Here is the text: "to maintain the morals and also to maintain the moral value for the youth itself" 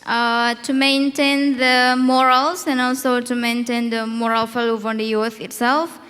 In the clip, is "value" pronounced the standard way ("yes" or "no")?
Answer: no